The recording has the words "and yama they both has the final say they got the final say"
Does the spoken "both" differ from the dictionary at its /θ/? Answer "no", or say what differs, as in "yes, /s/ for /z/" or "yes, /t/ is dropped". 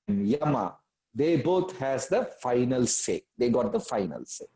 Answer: yes, /t/ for /θ/